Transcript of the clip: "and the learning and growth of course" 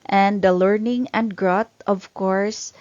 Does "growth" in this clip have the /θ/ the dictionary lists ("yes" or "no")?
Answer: no